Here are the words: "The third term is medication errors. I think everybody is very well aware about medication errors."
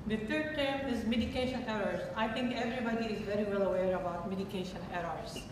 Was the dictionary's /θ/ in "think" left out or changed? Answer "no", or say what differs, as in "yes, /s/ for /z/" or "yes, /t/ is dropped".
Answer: yes, /t/ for /θ/